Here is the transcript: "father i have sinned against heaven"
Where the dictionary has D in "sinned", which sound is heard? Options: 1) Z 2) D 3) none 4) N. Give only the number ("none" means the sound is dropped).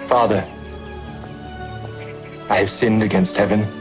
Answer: 2